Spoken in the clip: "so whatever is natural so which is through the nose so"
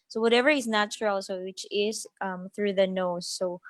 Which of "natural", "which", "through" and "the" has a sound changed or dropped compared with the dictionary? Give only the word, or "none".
none